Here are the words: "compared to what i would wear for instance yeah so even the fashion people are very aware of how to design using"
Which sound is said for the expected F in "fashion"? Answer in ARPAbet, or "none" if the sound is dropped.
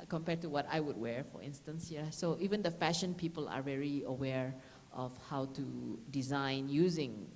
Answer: F